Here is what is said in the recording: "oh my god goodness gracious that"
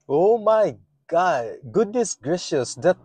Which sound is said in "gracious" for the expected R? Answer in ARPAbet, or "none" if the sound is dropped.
R